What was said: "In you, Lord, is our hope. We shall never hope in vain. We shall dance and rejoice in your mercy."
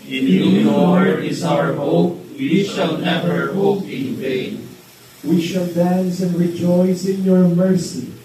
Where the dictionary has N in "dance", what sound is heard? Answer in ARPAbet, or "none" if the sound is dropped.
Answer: N